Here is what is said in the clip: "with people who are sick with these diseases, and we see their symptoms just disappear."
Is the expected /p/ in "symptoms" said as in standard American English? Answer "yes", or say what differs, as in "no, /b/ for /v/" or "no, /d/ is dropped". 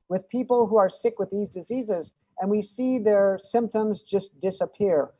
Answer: yes